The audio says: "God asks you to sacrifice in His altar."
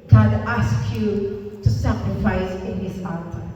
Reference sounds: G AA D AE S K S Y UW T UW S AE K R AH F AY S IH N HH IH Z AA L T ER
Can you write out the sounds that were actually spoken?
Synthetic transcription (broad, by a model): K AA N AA S K Y UW T UW S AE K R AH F AY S IH N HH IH S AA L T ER